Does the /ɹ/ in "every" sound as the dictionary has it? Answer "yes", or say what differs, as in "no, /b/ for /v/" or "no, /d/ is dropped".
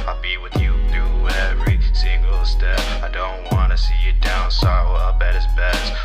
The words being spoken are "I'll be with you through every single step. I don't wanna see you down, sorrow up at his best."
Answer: yes